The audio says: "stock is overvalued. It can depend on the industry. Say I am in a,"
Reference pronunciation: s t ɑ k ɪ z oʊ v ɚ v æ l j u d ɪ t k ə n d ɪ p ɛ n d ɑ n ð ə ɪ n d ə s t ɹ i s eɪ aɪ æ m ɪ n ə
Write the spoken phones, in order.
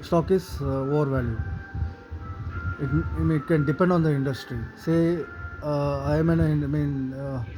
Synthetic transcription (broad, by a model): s t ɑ k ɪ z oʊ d v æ l j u ɪ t k ə n d ɪ p ɛ n d ɑ n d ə ɪ n d ə s t ɹ i s eɪ aɪ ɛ m ɪ n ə